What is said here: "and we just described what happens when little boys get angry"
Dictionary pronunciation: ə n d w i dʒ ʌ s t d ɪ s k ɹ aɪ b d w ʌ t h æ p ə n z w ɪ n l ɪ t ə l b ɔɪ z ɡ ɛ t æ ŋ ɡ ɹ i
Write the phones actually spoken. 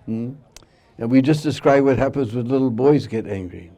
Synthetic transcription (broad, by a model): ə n w i dʒ ʌ s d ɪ s k ɹ aɪ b w ʌ t h æ p ə n z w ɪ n l ɪ t l b ɔɪ z ɡ ɛ t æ ŋ ɡ ɹ i